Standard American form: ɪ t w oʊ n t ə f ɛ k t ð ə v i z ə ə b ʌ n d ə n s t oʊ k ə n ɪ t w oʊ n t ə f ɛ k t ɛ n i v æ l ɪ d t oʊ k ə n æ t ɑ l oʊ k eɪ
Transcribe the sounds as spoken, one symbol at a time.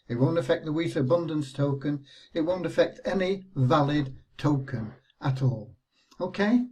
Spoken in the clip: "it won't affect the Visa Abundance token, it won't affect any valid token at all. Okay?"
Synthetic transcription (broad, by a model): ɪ t w oʊ n t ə f ɛ k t ð ə w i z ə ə b ʌ n d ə n s t oʊ k ə n ɪ t w oʊ n t ə f ɛ k t ɛ n i v æ l ɪ d t oʊ k ə n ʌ t ɑ l oʊ k eɪ